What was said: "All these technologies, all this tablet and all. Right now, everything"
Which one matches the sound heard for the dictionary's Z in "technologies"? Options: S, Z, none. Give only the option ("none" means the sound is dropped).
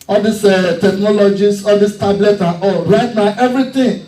S